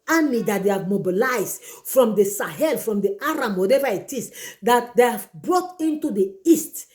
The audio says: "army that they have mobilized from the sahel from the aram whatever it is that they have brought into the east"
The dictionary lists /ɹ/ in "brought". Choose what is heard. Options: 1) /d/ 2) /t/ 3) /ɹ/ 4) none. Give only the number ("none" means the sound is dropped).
3